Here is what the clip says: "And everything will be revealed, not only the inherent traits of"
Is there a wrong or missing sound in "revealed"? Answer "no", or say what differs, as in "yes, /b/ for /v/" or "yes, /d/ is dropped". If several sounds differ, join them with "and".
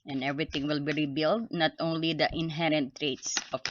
yes, /b/ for /v/